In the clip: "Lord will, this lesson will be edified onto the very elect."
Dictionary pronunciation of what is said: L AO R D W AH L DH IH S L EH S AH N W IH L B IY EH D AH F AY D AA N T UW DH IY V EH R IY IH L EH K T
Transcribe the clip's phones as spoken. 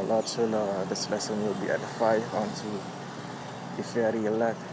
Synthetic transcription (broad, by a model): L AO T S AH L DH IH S L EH S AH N W IH L B IY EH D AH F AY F AA N T UW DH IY F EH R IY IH L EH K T